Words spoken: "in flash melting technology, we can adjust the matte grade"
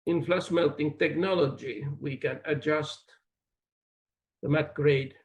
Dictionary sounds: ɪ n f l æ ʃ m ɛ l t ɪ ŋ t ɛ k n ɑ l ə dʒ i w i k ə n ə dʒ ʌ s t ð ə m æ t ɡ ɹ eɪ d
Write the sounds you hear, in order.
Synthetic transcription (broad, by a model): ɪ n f l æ s m ɛ l t ɪ ŋ t ɛ k n ɑ l ə dʒ i w i k ə n ə dʒ ʌ s t ð ə m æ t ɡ ɹ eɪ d